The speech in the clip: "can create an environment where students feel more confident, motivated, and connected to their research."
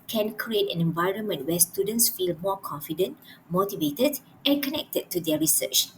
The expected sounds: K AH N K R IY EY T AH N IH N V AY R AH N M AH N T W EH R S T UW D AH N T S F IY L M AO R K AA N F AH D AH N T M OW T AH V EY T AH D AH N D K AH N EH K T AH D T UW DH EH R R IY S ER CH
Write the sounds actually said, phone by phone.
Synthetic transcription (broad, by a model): K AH N K R IY EY T AH N IH N V AY R AH N M AH N T W EH S T UW D AH N T S F IY L M AO K AA N F AH D AH N T M OW T AH V EY T AH D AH N K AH N EH K T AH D T UW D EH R R IY S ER CH